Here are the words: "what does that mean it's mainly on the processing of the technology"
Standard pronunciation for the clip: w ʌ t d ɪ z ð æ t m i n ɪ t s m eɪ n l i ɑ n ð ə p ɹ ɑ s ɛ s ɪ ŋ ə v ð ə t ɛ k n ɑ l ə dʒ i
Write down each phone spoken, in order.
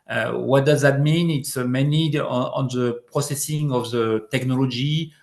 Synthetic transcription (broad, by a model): w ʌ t d ɪ z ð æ t m i n ɪ t s m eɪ n i ɑ n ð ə p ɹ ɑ s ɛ s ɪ ŋ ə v ð ə t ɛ k n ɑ l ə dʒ i